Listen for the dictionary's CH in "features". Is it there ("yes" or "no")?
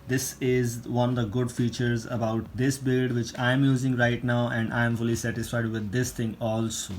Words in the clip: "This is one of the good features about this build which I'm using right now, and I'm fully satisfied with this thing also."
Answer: yes